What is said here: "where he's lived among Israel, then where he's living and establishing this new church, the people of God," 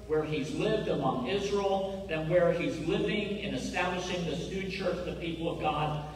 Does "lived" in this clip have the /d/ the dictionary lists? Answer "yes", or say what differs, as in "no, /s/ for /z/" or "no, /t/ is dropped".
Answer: yes